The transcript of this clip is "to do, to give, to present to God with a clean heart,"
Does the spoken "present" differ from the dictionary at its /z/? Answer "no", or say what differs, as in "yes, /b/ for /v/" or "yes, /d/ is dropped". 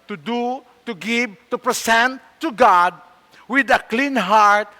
yes, /s/ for /z/